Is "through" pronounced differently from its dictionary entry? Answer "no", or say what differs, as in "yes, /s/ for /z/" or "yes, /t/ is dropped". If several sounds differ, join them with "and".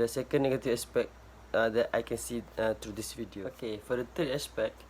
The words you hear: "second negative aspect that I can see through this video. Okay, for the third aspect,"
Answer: yes, /t/ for /θ/